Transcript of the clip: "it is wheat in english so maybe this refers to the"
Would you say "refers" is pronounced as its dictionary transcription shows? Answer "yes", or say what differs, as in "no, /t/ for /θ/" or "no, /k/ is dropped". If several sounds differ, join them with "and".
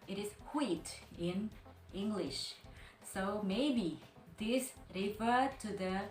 no, /z/ is dropped